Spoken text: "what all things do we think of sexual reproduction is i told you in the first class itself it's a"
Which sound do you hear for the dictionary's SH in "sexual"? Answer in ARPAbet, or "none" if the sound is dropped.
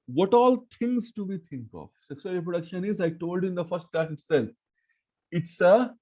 S